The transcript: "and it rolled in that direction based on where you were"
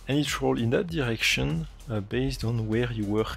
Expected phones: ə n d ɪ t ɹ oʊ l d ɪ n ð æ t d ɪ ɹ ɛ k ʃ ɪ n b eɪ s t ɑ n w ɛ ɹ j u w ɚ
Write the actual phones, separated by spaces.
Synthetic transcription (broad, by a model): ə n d ɪ t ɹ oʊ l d ɪ n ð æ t d ɪ ɹ ɛ k ʃ ɪ n b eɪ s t ɑ n w ɛ ɹ j u w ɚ